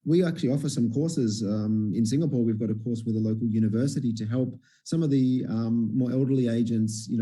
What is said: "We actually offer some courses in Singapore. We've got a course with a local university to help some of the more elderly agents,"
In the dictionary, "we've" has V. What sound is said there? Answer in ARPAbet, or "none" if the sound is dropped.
V